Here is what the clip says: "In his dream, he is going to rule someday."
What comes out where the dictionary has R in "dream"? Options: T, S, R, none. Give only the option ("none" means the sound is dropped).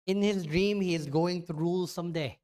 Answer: R